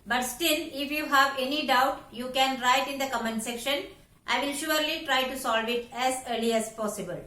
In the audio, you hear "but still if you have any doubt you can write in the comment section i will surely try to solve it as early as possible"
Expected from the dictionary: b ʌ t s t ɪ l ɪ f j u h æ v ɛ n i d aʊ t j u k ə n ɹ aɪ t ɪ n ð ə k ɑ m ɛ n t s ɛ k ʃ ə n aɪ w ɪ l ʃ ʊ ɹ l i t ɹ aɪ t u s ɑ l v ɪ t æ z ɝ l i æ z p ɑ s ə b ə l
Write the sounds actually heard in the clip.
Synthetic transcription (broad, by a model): b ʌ t s t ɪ n ɪ f j u h æ v ɛ n i d aʊ t j u k ə n ɹ aɪ t ɪ n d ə k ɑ m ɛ n s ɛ k ʃ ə n aɪ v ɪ l ʃ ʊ ɹ l i t ɹ aɪ t u s ɑ l v ɪ t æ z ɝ l i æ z p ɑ s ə b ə l